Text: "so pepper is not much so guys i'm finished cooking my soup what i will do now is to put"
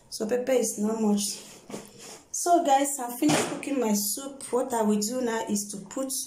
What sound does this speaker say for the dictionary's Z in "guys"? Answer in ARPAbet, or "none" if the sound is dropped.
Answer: S